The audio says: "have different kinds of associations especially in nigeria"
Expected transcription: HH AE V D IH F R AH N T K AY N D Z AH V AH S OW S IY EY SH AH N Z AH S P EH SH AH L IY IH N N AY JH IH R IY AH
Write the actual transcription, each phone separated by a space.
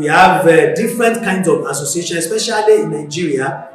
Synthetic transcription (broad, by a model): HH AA V D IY F R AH N T K AY N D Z AH V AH S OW S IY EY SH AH N AH S P EH SH AH L IY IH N N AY JH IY R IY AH